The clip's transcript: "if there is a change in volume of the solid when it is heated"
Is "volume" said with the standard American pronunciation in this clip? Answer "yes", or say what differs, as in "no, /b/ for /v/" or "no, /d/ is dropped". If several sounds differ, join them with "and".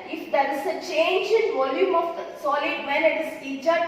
yes